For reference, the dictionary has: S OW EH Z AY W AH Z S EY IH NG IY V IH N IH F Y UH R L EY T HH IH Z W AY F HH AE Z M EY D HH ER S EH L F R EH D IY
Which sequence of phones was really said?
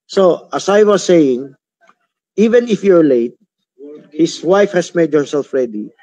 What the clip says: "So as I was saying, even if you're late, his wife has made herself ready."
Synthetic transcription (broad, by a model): S OW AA S AY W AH S EY IH NG IY V IH N IH F Y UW R L EY T HH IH S W AY F HH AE S M EY D HH ER S EH L F R EH D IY